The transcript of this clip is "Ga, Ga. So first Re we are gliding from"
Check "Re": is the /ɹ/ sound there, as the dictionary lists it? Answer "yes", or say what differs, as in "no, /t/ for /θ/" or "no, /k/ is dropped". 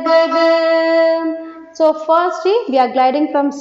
no, /l/ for /ɹ/